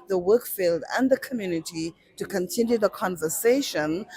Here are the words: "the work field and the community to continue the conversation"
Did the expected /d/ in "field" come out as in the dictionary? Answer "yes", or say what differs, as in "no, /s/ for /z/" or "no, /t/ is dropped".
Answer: yes